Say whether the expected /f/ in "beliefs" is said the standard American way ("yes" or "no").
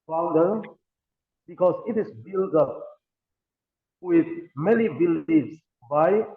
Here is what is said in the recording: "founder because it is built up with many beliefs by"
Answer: no